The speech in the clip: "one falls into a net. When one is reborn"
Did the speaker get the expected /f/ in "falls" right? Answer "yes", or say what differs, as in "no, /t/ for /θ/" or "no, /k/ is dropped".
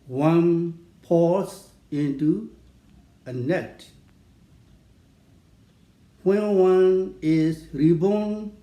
no, /p/ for /f/